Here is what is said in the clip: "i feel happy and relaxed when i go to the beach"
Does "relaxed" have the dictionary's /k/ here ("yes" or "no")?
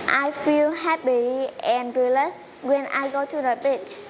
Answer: no